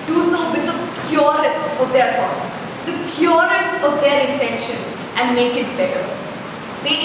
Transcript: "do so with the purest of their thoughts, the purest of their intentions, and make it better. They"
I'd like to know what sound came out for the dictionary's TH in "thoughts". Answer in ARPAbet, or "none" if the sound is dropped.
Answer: T